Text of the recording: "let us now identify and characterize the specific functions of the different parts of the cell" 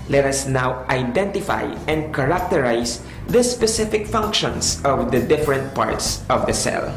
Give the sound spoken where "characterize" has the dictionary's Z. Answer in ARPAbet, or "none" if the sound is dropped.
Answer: S